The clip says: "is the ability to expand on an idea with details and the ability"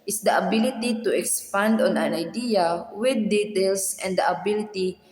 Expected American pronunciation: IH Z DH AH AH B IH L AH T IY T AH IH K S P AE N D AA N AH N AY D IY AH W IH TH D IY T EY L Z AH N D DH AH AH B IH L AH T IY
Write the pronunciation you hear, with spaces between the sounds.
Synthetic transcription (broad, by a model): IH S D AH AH B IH L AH T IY T AH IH K S P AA N D AA N AH N AY D IY AH W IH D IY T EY L S AH N D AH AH B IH L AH T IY